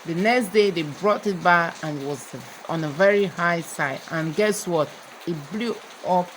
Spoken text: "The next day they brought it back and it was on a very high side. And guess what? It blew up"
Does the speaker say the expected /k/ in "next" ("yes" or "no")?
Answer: yes